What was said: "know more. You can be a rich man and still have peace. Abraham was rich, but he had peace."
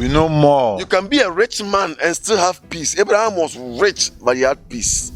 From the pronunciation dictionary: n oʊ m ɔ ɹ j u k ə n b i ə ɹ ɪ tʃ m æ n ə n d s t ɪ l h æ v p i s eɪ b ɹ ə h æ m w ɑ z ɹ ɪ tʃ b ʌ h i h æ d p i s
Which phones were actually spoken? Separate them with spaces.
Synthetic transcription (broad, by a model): n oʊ m ɔ j u k ə n b i ə ɹ ɪ tʃ m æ n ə n s t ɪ l h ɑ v p i s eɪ b ɹ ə h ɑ m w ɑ s ɹ ɪ tʃ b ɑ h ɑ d p i s